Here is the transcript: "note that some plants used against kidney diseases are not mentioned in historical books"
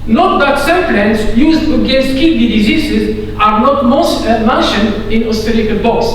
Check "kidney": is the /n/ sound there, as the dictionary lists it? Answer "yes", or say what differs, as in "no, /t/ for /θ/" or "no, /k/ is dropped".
no, /n/ is dropped